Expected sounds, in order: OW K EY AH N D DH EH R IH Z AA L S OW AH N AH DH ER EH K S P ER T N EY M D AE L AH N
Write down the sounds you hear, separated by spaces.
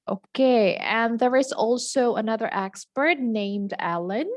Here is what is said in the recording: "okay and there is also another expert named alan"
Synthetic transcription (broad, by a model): OW K EY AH N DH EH R IH Z AA L S OW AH N AH DH ER EH K S P ER T N EY M D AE L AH N